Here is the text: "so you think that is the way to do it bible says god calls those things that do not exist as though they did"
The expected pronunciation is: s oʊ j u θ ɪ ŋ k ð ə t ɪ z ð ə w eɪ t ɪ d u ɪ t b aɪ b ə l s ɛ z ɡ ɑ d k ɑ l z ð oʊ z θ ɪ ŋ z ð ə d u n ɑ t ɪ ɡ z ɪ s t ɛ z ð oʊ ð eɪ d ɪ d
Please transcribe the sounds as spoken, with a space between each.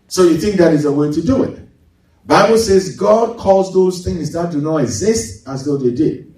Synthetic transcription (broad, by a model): s oʊ j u θ ɪ ŋ k ð ə t ɪ z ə w eɪ t ɪ d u ɪ t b aɪ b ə l s ɛ z ɡ ɑ d k ɑ l z ð oʊ z θ ɪ ŋ z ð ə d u n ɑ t ɪ ɡ z ɪ s t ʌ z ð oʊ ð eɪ d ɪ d